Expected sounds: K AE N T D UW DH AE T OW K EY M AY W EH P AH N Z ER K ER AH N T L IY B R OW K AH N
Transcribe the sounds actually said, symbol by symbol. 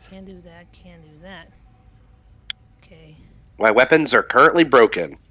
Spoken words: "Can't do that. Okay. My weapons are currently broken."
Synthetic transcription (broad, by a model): K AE N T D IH DH AE T OW K EY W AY W EH P AH N Z ER K ER AH N T L IY B R OW K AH N